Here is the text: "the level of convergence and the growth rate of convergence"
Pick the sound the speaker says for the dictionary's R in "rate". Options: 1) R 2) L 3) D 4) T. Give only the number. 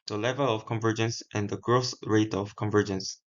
1